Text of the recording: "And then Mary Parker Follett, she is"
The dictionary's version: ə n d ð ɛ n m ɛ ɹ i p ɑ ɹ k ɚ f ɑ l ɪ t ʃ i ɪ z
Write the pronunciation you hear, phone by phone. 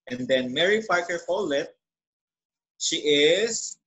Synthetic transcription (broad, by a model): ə n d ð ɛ n m ɛ ɹ i f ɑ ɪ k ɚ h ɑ l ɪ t ʃ i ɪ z